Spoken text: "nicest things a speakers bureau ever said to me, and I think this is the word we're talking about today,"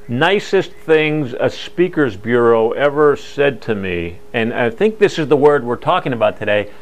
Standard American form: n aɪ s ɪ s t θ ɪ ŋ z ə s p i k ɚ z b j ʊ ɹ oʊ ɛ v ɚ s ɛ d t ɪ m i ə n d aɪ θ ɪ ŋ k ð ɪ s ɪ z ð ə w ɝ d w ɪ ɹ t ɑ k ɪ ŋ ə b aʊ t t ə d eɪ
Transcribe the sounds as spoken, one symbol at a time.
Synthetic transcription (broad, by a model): n aɪ s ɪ s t θ ɪ ŋ z ə s p i k ɚ z b j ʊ ɹ oʊ ɛ v ɚ s ɛ d t ɪ m i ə n aɪ θ ɪ ŋ k ð ɪ s ɪ z ð ə w ɝ d w ɪ ɹ t ɑ k ɪ ŋ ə b aʊ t t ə d eɪ